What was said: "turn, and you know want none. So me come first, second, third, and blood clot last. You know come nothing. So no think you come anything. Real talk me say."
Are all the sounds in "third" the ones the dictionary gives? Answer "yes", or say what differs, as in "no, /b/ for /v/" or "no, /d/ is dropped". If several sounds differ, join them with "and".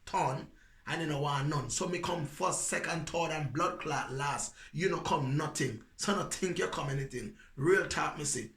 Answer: no, /t/ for /θ/